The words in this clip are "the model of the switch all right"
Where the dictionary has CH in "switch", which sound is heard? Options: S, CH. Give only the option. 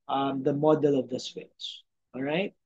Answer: S